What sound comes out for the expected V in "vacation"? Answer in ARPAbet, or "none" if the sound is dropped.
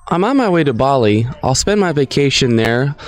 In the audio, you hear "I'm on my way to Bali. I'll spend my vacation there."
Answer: V